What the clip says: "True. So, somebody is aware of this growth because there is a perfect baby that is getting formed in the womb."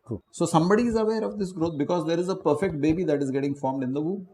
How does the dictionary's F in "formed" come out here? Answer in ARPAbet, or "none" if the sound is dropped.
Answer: F